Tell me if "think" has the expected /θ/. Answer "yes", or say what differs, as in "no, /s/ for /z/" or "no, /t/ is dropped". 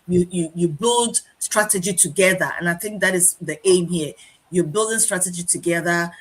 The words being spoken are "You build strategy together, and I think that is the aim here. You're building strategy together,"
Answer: yes